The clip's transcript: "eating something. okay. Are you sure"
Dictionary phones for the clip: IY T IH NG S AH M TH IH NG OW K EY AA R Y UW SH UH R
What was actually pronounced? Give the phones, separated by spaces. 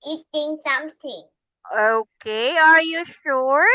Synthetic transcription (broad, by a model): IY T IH NG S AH M T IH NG OW K EY AA R Y UW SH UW R